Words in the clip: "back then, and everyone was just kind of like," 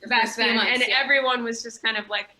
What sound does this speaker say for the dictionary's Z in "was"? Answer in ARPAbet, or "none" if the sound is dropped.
Z